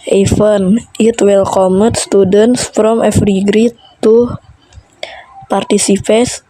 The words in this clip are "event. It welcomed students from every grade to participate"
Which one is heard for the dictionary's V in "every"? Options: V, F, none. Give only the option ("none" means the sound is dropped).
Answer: F